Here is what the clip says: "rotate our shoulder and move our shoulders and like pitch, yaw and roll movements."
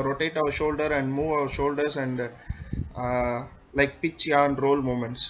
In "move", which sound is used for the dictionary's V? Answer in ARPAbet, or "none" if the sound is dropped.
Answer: V